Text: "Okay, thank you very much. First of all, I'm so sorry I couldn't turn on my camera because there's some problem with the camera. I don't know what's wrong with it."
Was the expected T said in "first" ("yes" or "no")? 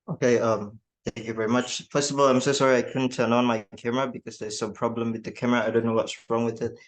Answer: no